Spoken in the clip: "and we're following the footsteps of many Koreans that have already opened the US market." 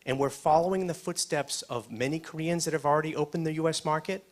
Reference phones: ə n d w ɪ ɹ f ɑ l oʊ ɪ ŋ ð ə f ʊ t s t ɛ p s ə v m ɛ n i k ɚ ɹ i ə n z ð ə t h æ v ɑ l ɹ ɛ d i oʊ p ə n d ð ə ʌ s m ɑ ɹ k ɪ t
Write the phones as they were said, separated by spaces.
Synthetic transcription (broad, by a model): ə n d w ɪ ɹ f ɑ l oʊ ɪ ŋ ð ə f ʊ t s t ɛ p s ə v m ɛ n i k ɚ ɹ i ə n z ð ə t h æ v l ɹ ɛ d i oʊ p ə n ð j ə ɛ s m ɑ ɹ k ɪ t